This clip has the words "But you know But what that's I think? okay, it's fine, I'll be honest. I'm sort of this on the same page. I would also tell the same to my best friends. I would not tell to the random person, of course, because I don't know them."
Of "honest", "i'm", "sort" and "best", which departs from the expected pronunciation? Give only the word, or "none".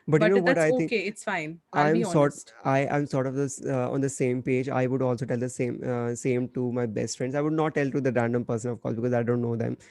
honest